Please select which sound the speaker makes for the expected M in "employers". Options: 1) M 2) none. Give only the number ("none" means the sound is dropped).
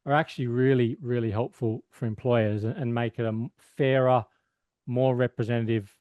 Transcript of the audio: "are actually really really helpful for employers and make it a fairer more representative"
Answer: 1